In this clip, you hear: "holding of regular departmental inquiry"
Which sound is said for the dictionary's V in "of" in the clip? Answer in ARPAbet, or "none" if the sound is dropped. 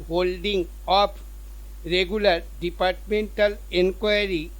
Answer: P